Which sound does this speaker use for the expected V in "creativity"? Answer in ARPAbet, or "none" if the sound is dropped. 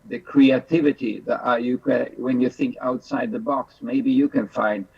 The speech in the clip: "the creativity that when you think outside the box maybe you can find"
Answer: V